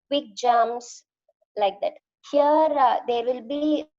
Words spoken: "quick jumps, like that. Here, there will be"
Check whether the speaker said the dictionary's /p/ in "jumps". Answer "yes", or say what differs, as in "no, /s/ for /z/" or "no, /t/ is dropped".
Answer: no, /p/ is dropped